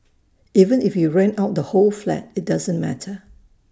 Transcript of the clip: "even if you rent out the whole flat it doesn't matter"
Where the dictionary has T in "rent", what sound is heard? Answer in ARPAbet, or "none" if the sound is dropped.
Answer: none